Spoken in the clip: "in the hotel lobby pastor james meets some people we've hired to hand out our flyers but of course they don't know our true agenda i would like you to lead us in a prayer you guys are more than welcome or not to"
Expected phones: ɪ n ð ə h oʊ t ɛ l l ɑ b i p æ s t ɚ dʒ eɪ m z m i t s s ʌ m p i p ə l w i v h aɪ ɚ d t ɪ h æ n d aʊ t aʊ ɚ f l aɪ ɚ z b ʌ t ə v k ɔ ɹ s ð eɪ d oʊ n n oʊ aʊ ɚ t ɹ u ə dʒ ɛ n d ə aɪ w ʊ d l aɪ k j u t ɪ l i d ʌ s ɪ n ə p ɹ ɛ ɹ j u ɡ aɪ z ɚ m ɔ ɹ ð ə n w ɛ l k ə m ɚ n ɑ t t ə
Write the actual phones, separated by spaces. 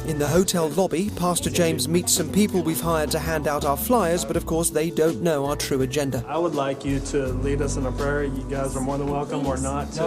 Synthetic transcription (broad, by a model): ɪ n ð ə h oʊ t ɛ l l ɑ b i p æ s t ɚ dʒ eɪ m z m i t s s ʌ m p i p ə l w i v h aɪ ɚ d t ɪ h æ n d aʊ t aʊ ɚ f l aɪ ɚ z b ʌ t ə v k ɔ ɹ s ð eɪ d oʊ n n oʊ aʊ ɚ t ɹ u ə dʒ ɛ n d ə aɪ w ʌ d l aɪ k j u t ɪ l i d ʌ s ɪ n ə p ɹ ɛ ɹ j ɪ ɡ aɪ z ɚ m ɔ ɹ ð ə n w ɛ l k ə m ɚ n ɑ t t